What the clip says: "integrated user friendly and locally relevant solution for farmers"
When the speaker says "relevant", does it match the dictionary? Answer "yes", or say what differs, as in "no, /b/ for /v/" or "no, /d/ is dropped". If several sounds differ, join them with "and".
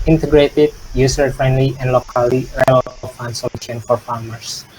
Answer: no, /f/ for /v/